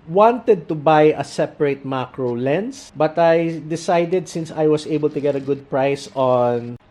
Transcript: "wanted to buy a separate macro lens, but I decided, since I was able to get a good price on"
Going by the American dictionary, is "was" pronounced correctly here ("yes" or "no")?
no